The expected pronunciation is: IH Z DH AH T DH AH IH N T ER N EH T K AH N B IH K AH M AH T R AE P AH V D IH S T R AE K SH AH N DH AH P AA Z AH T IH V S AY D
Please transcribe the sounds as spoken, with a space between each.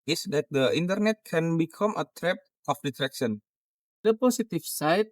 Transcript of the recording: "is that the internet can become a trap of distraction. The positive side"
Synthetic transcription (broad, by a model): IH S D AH T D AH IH N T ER N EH T K AH N B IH K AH M AH T R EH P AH F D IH T R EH K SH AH N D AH P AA S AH T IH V S AY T